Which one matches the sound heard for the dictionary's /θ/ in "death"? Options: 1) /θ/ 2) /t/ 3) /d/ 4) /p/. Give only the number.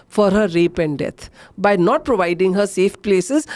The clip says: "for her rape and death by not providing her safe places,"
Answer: 2